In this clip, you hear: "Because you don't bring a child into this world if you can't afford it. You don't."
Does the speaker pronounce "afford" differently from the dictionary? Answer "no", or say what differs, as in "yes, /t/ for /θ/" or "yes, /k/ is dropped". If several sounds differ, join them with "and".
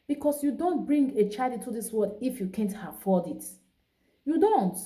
yes, /l/ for /ɹ/